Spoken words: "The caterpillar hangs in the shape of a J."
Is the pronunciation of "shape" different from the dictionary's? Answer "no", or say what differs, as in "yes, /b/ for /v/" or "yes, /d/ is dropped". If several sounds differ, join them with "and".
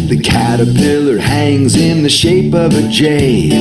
no